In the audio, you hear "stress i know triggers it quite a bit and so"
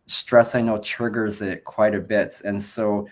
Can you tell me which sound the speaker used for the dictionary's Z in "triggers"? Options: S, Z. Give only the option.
Z